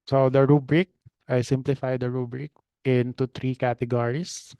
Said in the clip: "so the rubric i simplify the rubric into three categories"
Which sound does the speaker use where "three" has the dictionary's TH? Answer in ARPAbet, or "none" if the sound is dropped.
T